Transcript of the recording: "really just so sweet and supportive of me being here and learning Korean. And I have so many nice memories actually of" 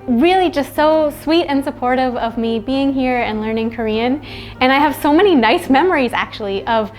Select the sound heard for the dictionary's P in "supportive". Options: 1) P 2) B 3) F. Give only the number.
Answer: 1